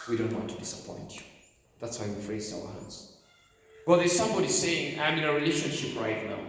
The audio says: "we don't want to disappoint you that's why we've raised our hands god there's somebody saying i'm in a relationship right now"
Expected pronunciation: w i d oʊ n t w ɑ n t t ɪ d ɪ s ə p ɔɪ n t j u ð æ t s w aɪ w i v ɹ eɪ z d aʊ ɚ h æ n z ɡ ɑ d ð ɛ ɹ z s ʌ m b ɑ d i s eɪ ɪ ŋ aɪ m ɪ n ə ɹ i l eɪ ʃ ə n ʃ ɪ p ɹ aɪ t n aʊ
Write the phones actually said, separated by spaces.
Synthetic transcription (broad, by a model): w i d oʊ n t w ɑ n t t ɪ d ɪ s ə p ɔɪ n t ð æ t s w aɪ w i f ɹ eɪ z aʊ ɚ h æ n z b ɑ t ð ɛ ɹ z s ʌ m b ɑ d i s eɪ ɪ ŋ aɪ m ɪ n ə ɹ i l eɪ ʃ ə n ʃ ɪ p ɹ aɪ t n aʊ